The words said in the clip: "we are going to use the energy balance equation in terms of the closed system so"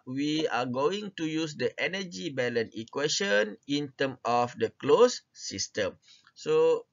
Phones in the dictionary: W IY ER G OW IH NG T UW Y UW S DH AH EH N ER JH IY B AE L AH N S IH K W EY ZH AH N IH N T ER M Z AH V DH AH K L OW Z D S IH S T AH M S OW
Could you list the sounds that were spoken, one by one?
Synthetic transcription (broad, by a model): W IY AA G OW IH NG T UW Y UW S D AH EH N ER JH IY B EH L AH N IH K W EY SH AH N IH N T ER M AH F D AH K L OW S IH S T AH M S OW